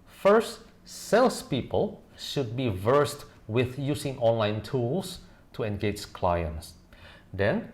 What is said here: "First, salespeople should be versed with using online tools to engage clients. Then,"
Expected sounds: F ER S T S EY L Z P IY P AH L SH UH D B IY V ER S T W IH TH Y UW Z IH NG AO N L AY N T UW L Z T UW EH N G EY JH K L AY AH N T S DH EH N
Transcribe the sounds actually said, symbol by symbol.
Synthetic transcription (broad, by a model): F ER S T S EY L S P IY P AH L SH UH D B IY V ER S T W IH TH Y UW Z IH NG AO N L AY N T UW L S T UW EH N G EY JH K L AY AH N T S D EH N